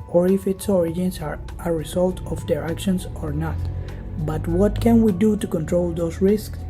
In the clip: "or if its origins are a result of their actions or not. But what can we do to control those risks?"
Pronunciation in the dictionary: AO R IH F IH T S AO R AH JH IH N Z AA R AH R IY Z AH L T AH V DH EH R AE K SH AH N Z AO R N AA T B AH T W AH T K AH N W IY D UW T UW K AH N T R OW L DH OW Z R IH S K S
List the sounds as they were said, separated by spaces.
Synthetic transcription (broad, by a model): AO R IH F IH T S AO R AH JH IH N S AA R AH R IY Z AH L T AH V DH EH R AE K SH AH N S AO R N AA T B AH T W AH T K AH N W IY D UW T UW K AH N T R OW L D OW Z R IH S K S